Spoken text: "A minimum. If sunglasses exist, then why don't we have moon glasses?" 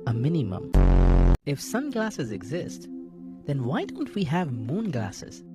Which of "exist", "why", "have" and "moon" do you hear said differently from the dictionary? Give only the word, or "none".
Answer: none